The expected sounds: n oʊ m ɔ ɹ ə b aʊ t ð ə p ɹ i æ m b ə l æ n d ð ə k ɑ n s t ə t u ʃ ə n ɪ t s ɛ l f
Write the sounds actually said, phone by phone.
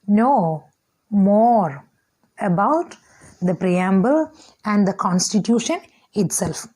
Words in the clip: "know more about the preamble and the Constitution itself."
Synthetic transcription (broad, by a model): n oʊ m ɔ ɹ ə b aʊ t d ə p ɹ i æ m b ə l æ n d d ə k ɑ n s t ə t u ʃ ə n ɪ t s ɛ l f